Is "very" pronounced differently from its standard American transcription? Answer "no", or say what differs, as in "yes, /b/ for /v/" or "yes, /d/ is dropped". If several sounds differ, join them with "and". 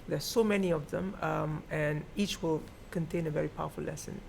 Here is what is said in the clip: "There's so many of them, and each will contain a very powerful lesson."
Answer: no